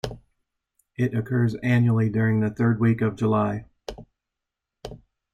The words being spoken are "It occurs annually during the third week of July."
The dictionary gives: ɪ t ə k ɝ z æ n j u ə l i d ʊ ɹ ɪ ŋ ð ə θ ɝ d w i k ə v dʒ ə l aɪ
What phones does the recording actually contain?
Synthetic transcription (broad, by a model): ɪ t ə k ɝ z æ n j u l i d ʊ ɹ ɪ ŋ ð ə θ ɝ d w i k ə v dʒ ə l aɪ